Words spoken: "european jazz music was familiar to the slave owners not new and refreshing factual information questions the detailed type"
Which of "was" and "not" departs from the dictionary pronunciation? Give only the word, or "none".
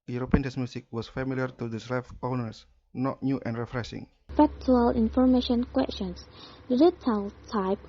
was